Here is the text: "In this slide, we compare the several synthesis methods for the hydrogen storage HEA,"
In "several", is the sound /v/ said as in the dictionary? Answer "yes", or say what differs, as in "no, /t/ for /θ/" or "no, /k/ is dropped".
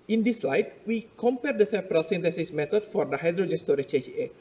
no, /p/ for /v/